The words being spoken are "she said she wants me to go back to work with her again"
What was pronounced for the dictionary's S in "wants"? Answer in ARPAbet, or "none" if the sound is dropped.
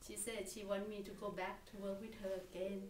none